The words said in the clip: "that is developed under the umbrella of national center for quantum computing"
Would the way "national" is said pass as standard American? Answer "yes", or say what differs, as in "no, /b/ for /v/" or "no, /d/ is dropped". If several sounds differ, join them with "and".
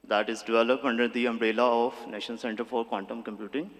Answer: no, /n/ is dropped and /n/ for /l/